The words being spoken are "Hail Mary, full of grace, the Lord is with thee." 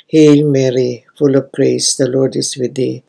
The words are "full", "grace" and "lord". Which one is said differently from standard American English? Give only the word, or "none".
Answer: none